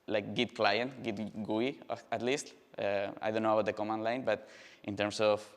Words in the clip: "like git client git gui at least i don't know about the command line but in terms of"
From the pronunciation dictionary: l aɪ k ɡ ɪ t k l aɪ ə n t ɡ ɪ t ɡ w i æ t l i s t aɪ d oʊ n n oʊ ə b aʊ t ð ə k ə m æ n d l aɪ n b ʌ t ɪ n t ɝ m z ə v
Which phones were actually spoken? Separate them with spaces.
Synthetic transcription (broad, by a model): l aɪ k ɡ ɪ t k l aɪ ə n t ɡ ɪ t ɡ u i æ t l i s t aɪ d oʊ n n oʊ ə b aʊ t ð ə k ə m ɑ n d l aɪ n b ʌ t ɪ n t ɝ m s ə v